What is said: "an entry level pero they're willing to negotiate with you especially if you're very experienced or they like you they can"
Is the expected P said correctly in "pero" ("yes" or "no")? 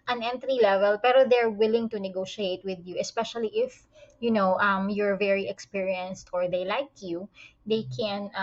yes